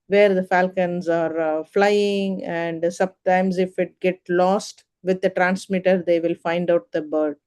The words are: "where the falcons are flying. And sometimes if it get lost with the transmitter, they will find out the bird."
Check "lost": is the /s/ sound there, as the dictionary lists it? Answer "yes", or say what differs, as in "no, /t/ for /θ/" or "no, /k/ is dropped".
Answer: yes